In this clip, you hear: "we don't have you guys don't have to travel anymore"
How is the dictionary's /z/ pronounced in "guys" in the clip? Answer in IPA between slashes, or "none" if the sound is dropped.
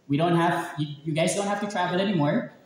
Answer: /z/